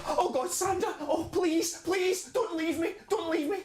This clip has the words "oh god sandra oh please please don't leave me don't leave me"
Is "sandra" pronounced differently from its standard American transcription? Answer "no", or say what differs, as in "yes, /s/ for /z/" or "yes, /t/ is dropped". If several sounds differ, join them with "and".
yes, /ɹ/ is dropped